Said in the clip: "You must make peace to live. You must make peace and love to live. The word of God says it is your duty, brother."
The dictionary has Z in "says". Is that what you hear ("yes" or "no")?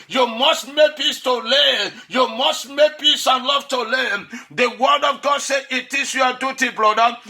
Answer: no